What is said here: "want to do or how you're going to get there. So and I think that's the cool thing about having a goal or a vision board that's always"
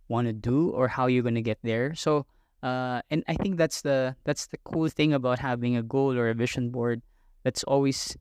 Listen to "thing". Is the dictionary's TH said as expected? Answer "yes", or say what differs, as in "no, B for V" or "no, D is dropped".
yes